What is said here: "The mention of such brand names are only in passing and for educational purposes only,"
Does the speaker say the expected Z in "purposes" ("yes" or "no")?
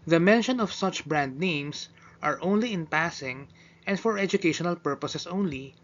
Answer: no